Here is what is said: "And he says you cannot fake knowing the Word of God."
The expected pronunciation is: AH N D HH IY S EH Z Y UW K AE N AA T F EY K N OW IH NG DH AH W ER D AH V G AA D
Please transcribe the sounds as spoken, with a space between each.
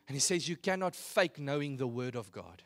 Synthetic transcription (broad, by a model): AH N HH IY S EH Z Y UW K AE N AA T F EY K N OW IH NG DH AH W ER D AH V G AA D